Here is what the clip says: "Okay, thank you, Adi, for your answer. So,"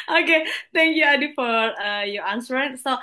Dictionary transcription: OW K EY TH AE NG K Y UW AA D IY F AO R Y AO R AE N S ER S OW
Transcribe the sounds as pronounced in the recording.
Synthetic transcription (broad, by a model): OW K EY T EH NG K Y UW AA D IY F AO R Y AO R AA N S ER S OW